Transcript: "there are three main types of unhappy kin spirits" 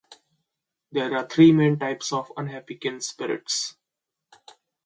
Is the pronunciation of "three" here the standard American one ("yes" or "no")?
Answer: no